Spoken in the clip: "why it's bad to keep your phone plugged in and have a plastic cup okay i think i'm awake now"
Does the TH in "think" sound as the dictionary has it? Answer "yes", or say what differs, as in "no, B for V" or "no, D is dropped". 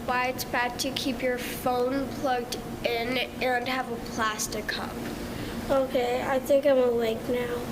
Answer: yes